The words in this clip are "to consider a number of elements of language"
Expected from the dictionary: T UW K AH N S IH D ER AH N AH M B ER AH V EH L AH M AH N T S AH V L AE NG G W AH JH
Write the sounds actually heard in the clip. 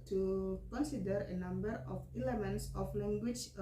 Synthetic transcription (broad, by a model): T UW K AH N S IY D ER AH N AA M B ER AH F EH L AH M AH N T S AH F L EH NG G W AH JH